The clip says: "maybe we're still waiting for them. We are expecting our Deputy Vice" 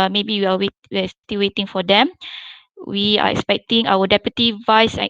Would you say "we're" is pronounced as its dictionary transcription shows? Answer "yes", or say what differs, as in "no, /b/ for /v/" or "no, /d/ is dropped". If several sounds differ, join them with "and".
no, /w/ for /ɹ/